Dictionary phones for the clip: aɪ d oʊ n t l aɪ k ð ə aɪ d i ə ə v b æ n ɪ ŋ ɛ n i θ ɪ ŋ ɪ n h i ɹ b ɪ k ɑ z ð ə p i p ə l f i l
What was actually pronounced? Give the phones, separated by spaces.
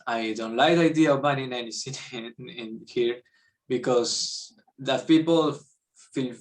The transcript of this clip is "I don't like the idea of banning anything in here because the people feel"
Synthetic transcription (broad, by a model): aɪ d oʊ n t l aɪ k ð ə aɪ d i ə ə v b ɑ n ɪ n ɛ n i s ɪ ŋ ɪ n h i ɹ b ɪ k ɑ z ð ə p i p ə l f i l